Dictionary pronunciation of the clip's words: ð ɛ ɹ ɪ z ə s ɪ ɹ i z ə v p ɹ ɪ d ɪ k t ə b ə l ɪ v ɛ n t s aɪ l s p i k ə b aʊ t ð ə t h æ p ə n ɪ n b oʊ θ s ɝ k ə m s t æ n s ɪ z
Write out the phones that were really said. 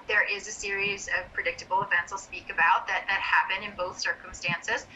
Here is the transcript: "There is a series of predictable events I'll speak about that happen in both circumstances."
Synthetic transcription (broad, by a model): ð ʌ ɹ ɪ z ə s ɪ ɹ i z ə v p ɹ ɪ d ɪ k t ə b l ɪ v ɛ n t s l s p i k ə b aʊ t ð ə t h æ p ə n ɪ n b oʊ θ s ɝ k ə m s t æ n s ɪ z